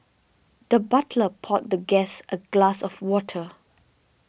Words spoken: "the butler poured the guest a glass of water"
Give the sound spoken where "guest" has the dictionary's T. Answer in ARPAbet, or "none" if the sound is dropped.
T